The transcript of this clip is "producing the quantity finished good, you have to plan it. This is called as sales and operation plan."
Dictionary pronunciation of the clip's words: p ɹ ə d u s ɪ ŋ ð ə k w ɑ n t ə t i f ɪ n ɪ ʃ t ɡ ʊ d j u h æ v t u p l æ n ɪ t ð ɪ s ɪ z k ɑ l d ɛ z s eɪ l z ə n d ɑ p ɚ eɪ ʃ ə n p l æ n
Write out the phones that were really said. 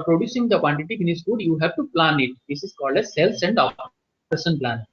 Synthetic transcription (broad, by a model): p ɹ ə d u s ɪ ŋ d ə k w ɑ n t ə t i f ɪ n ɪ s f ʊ d j u h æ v t u p l æ n ɪ t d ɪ s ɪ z k ɑ l d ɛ s eɪ l s ə n d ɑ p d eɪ s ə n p l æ n